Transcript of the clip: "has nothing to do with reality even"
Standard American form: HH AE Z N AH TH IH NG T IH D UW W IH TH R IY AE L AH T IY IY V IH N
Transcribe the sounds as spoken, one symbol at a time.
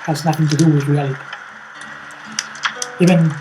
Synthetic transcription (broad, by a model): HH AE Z N AH TH IH NG T IH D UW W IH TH R IY AE L AH T IY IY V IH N